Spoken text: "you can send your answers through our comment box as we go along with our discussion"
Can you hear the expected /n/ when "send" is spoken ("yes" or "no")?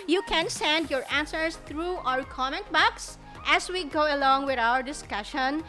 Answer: yes